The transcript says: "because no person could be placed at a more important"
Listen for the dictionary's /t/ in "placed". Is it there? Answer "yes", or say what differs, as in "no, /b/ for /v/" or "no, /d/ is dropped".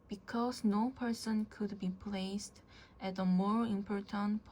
yes